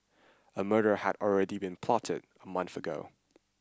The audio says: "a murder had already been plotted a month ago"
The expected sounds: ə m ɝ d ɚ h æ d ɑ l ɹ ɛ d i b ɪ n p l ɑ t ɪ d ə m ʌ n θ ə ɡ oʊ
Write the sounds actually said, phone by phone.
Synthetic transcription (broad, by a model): ə m ɝ d ɚ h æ d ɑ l ɹ ɛ d i b ɪ n p l ɑ t ɪ d ə m ʌ n θ ə ɡ oʊ